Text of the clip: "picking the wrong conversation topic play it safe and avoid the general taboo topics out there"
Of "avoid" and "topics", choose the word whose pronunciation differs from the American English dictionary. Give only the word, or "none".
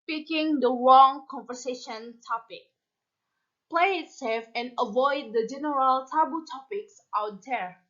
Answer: none